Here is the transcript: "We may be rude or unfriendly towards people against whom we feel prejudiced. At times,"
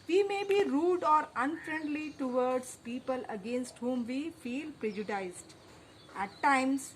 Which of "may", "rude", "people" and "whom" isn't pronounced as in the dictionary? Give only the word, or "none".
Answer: none